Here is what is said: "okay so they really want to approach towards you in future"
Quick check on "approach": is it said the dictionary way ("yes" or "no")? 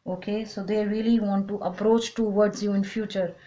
yes